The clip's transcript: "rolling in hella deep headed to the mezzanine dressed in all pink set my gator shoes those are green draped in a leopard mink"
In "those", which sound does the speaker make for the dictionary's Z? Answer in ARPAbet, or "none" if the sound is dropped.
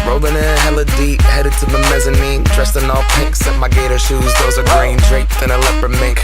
Z